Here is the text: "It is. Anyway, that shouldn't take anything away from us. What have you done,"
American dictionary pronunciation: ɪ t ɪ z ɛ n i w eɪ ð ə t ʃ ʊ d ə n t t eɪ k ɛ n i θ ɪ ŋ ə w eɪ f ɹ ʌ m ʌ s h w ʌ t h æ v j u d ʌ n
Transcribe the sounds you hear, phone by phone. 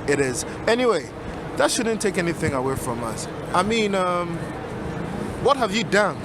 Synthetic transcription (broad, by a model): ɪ t ɪ z ɛ n i w eɪ ð ə t ʃ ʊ d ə n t t eɪ k ɛ n i θ ɪ ŋ ə w eɪ f ɹ ʌ m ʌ s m w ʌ t h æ v j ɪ d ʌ n